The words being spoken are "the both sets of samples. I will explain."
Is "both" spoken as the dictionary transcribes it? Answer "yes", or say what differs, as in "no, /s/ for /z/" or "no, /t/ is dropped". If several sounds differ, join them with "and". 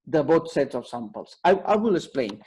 no, /t/ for /θ/